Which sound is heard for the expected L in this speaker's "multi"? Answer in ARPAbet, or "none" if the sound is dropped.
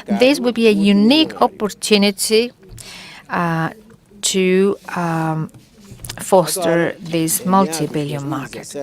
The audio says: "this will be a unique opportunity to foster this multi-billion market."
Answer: L